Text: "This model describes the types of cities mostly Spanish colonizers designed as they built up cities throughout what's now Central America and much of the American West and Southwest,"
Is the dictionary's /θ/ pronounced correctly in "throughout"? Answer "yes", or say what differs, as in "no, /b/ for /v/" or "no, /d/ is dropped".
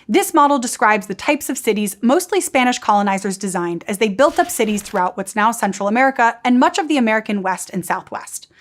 yes